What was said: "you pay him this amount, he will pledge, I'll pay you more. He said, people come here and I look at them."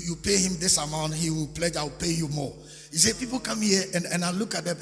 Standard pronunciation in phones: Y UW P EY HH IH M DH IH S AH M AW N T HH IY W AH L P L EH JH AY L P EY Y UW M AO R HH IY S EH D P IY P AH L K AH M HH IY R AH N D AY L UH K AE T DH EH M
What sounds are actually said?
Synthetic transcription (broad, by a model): Y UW P EY HH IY M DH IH S AH M AW N T HH IY W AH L P L EH JH AY W P EY Y UW M AO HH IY S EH P IY P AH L K AH M HH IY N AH N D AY L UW K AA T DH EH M